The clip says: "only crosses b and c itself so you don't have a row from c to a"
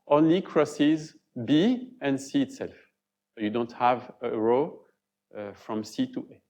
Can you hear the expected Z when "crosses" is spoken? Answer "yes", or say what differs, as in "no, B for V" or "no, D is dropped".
yes